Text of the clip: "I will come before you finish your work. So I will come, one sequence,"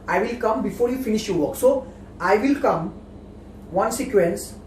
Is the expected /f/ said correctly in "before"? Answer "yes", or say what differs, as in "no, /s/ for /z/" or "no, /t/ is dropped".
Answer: yes